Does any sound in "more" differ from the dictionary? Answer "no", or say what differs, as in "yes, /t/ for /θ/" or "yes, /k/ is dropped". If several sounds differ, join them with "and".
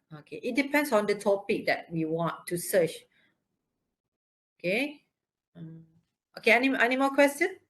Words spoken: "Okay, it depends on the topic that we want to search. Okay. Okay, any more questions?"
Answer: yes, /l/ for /ɹ/